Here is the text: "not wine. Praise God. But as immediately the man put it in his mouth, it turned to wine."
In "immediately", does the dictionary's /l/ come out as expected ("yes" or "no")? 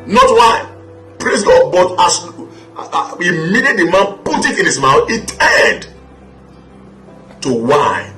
no